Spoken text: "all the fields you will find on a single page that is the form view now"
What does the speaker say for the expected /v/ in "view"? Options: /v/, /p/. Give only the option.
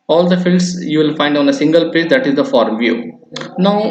/v/